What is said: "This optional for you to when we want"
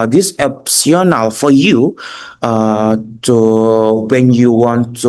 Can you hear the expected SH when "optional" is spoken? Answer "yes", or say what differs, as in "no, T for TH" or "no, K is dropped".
no, S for SH